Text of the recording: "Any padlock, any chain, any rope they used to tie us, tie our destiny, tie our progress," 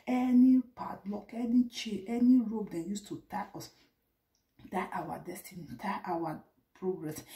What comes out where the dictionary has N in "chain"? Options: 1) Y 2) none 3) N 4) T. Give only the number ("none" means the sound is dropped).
2